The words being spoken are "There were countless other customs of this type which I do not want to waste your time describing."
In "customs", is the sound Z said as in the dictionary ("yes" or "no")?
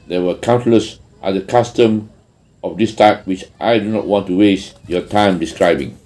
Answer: no